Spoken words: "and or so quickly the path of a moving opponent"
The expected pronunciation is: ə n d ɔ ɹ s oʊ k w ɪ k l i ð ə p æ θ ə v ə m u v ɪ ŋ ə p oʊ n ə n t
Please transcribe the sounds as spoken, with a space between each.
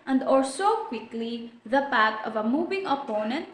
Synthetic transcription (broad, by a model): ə n d ɔ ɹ s oʊ k w ɪ k l i ð ə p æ t ə v ə m u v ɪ ŋ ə p oʊ n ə n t